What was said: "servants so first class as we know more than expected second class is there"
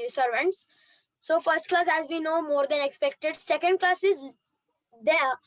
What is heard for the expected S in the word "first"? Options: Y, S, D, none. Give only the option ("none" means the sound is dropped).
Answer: S